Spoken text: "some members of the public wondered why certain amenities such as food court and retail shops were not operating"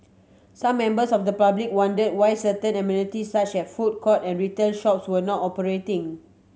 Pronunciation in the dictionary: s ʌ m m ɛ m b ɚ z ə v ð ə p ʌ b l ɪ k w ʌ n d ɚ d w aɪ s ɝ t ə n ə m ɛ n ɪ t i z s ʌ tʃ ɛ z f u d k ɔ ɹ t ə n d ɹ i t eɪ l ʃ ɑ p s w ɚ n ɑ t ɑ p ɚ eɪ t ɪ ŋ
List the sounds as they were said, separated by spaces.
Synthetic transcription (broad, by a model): s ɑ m m ɛ m b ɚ s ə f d ə p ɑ b l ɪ k w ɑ n d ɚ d w aɪ s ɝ t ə n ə m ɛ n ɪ t i s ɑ tʃ ɛ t f u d k ɔ t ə n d ɹ i t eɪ n ʃ ɑ p s w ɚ n ɑ t ɑ p ɚ eɪ t ɪ ŋ